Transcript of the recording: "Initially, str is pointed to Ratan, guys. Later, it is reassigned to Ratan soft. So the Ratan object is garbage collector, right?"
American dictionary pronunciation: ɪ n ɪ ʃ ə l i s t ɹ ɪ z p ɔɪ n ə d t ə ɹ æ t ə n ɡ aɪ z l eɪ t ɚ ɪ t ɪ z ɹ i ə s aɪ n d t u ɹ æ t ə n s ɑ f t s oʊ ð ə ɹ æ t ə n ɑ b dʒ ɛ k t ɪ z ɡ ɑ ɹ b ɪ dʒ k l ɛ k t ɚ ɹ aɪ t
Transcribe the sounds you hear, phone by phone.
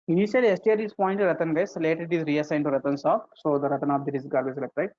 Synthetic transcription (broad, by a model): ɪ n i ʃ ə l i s t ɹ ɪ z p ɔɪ n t t ə t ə n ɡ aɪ s l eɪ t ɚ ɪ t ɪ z ɹ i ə s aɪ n t u ɹ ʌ t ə n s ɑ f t s oʊ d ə ɹ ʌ t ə n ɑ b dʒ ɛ t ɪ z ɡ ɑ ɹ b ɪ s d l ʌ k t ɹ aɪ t